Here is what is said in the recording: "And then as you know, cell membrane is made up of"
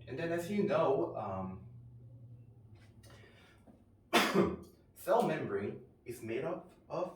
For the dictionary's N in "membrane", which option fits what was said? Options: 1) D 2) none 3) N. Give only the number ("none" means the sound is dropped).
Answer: 2